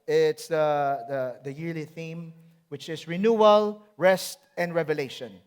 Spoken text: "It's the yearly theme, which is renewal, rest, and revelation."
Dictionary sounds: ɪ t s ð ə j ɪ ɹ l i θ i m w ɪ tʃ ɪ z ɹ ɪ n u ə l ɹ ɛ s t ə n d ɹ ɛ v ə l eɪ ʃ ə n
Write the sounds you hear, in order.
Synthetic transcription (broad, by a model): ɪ t s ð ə j ɪ ɹ l i θ i m w ɪ tʃ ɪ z ɹ ɪ n u ə l ɹ ɛ s t ə n d ɹ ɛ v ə l eɪ ʃ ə n